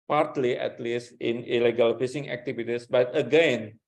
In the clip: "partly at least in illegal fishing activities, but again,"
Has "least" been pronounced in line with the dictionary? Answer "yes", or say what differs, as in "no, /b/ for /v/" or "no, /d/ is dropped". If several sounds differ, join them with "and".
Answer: yes